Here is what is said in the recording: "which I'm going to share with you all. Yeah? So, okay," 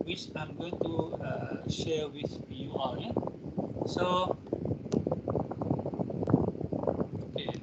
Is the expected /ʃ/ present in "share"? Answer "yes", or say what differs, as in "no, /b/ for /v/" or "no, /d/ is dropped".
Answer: yes